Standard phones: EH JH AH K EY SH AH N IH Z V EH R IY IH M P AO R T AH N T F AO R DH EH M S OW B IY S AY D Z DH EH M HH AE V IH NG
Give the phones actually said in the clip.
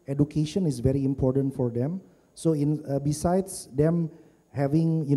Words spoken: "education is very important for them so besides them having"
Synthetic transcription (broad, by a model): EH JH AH K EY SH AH N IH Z V EH R IY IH M P AO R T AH N T F AO R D EH M S OW B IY S AY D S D EH M HH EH V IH NG